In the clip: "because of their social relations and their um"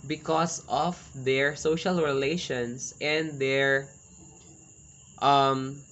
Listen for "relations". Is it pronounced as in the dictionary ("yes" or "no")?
no